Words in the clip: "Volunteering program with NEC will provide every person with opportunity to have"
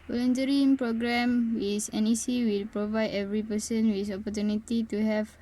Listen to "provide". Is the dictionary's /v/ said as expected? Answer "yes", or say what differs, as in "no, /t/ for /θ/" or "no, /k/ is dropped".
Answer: yes